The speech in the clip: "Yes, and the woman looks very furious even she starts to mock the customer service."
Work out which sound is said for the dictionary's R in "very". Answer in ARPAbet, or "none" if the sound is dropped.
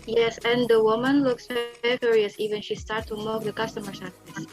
none